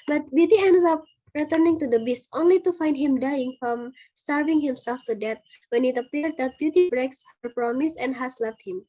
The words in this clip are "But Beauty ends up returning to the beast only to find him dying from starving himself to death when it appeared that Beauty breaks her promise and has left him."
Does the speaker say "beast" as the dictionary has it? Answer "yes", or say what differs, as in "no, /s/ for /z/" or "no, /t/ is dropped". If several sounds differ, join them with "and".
yes